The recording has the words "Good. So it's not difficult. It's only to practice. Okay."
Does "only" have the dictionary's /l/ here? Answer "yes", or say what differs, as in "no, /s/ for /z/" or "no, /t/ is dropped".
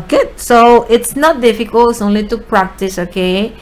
yes